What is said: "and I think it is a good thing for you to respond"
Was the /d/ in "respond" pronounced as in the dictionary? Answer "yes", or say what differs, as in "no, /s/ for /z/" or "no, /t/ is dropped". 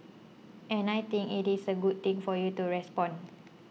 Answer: no, /d/ is dropped